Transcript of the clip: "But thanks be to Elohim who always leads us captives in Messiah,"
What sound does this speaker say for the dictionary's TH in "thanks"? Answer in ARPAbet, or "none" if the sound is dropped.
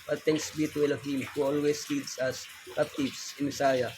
T